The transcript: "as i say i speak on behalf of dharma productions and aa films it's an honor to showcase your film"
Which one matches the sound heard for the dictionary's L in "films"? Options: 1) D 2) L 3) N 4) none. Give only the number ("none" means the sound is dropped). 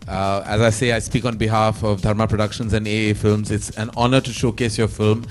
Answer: 2